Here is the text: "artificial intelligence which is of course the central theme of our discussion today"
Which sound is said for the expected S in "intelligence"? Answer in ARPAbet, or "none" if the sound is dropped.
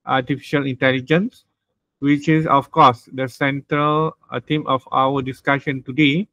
S